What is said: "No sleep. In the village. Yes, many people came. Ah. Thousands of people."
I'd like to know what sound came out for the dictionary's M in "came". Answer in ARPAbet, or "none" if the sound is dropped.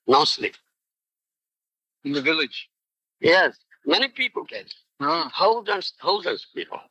none